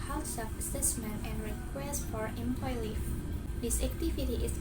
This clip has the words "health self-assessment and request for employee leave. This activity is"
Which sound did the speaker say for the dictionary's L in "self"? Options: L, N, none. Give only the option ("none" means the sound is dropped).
none